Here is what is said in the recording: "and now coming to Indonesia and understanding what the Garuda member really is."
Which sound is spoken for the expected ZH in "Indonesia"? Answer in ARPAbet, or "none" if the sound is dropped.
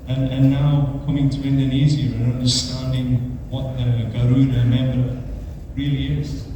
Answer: Z